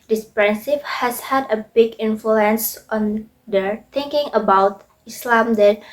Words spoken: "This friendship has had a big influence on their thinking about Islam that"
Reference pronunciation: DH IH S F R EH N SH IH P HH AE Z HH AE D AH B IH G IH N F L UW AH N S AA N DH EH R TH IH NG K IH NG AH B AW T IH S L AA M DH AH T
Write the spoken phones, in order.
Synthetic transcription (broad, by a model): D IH S P R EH N S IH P HH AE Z HH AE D AH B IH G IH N F L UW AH N S AA N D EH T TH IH NG K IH NG AH B AW T IH S L AA M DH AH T